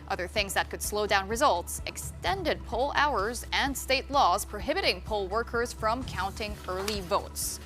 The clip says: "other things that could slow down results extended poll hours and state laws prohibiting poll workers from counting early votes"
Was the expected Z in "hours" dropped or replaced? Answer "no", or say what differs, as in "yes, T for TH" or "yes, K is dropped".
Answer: no